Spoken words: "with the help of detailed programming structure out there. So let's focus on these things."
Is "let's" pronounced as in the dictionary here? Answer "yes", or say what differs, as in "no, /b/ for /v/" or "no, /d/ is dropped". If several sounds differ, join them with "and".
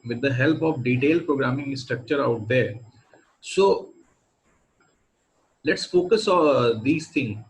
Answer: yes